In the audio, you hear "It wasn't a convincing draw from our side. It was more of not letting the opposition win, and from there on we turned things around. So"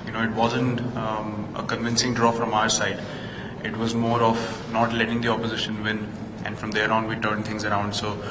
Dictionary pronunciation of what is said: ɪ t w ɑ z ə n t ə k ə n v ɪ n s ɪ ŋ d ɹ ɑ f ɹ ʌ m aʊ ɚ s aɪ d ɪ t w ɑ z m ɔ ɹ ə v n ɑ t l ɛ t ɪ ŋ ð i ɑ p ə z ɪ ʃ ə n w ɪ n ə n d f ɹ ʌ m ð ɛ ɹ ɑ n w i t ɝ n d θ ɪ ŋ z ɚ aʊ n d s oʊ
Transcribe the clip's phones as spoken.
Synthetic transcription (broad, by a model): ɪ t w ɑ z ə n t ə k ə n v ɪ n s ɪ ŋ d ɹ ɑ f ɹ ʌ m aʊ ɚ s aɪ d ɪ t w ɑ z m ɔ ɹ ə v n ɑ t l ɛ t ɪ ŋ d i ɑ p ə z ɪ ʃ ə n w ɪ n ə n d f ɹ ʌ m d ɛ ɹ ɑ n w i t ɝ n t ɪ ŋ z ɚ aʊ n d s oʊ